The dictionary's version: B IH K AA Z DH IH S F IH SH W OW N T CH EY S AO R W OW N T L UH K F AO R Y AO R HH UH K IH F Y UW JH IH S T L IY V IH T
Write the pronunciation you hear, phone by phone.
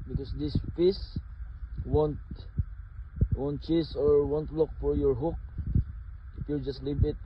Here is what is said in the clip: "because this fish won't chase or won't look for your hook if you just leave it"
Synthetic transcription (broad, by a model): B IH K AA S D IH S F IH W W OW N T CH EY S AO R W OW N T L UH K F AO R Y AO R HH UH K IH F Y UW JH IH S T L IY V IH T